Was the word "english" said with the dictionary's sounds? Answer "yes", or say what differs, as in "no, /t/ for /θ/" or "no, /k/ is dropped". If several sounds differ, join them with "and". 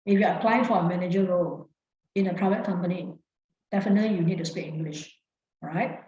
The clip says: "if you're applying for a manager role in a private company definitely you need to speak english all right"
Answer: yes